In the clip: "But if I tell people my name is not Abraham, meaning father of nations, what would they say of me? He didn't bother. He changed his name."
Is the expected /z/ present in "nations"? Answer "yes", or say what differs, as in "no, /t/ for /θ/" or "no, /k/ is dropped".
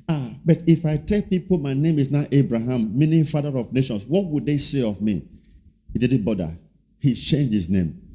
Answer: no, /s/ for /z/